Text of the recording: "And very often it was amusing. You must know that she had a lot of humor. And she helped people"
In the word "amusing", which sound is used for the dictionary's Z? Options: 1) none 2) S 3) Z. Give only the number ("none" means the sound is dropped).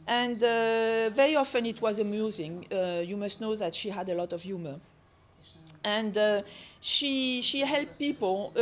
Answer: 3